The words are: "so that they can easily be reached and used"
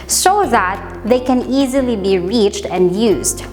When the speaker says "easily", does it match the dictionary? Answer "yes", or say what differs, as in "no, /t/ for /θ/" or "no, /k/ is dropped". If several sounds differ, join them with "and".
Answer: yes